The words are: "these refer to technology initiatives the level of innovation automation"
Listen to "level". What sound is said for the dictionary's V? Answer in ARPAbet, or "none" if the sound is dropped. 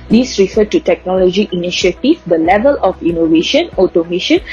V